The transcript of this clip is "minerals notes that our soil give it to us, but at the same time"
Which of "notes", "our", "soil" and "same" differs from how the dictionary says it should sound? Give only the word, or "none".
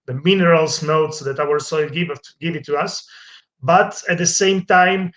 none